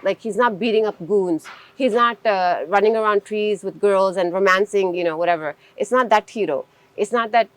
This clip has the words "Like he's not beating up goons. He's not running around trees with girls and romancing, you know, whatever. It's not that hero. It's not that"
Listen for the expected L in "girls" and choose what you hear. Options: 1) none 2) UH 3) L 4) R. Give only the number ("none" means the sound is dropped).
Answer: 3